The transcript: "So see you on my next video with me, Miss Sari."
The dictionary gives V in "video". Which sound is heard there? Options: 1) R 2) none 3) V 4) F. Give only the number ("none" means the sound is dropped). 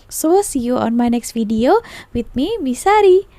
4